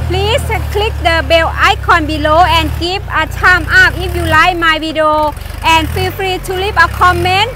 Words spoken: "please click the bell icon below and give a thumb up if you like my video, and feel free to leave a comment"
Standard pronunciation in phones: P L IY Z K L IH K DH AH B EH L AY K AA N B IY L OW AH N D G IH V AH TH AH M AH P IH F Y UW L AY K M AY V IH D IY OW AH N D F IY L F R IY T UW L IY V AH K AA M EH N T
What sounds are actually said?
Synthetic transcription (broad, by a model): P L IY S K L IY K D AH B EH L AY K AA N B IY L OW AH N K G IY P AH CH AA M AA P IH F Y UW L AY M AY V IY D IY OW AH N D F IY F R IY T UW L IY P AH K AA M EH N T